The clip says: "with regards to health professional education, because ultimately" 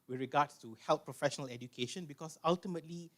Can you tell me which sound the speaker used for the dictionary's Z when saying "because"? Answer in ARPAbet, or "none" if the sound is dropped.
S